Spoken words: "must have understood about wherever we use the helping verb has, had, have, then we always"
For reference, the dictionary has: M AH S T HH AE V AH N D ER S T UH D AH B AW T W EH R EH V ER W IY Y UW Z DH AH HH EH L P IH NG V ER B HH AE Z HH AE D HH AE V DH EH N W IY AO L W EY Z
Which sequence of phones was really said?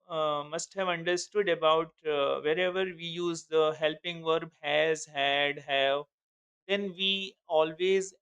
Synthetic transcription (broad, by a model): M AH S T HH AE V AH N D ER S T UH D AH B AW T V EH R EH V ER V IY Y UW Z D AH HH EH L P IH NG V ER B HH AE Z HH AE D HH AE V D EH N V IY AO L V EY Z